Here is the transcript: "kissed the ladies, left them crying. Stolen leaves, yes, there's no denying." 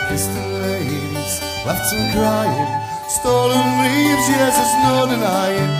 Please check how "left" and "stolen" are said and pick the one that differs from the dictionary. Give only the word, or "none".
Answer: left